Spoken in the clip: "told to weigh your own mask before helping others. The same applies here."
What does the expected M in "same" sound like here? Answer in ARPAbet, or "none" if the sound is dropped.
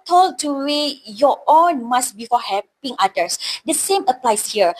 M